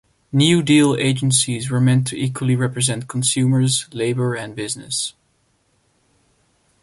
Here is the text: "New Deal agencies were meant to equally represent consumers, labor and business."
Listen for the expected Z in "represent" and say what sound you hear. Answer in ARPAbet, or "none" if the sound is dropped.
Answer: Z